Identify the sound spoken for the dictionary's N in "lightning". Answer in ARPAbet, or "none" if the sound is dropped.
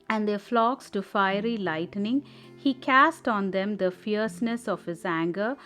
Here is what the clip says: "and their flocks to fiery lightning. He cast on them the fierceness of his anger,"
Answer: N